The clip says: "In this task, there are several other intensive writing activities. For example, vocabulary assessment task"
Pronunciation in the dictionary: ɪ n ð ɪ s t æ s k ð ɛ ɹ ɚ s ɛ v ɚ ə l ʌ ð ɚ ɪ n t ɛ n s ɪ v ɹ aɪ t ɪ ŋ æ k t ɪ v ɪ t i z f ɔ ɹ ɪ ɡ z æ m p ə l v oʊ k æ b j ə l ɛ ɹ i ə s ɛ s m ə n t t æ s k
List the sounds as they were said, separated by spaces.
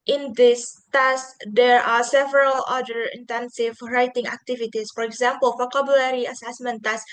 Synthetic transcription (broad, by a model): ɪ n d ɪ s t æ s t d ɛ ɹ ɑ s ɛ v ɚ ə l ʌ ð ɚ ɪ n t ɛ n s ɪ v ɹ aɪ t ɪ ŋ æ k t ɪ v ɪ t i s f ɔ ɹ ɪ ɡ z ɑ m p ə l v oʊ k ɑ b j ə l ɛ ɹ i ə s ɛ s m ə n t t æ s